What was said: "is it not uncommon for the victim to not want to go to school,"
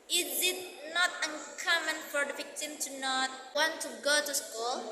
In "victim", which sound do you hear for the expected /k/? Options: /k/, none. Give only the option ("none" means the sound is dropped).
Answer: /k/